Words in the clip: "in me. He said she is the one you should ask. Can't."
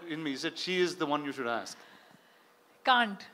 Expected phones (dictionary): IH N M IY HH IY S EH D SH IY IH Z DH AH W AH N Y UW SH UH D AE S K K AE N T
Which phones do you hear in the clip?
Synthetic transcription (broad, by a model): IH N M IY IY S EH D SH IY IH Z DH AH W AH N Y UW SH UH D AE S K K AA N T